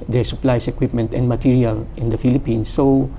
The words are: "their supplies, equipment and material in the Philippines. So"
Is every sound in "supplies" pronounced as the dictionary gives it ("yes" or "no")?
no